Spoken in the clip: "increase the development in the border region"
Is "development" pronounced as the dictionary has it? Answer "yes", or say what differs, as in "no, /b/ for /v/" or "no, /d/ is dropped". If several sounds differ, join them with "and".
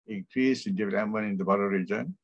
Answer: no, /l/ is dropped and /p/ is dropped